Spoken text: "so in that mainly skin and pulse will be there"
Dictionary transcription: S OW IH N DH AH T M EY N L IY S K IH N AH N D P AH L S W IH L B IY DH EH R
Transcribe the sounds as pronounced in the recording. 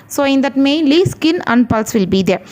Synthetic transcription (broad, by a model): S OW IH N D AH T M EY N L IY S K IH N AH N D P AH L S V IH L B IY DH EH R